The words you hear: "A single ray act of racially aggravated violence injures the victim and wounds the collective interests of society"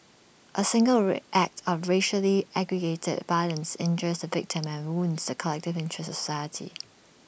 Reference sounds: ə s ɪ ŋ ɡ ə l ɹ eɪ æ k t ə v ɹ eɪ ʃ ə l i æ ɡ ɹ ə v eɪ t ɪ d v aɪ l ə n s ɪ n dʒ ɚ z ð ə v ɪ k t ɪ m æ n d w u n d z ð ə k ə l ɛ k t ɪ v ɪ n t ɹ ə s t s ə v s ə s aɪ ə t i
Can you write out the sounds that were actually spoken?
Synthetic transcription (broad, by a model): ə s ɪ ŋ ɡ ə l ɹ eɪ æ k t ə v ɹ eɪ ʃ ə l i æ ɡ ɹ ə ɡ eɪ t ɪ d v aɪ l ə n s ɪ n dʒ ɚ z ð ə v ɪ k t ɪ m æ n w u n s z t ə k ə l ɛ k t ɪ v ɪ n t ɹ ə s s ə s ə ɪ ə t i